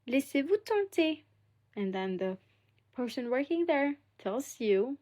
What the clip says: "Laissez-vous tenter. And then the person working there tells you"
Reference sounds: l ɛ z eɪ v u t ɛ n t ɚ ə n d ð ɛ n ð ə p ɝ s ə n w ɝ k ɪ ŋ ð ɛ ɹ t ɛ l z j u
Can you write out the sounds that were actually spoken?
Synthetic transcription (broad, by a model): l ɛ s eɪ v u t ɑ t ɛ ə n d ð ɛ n ð ə p ɝ s ə n w ɝ k ɪ ŋ ð ɛ ɹ t ɛ l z j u